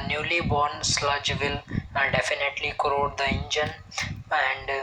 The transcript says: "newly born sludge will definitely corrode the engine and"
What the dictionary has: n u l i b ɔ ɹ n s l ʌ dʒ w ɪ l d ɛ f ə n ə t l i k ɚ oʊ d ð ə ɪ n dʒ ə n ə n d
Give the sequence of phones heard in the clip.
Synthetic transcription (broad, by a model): n u l i b ɔ ɹ n s l ʌ dʒ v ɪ l d ɛ f ə n ə t l i k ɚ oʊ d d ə ɪ n dʒ ə n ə n d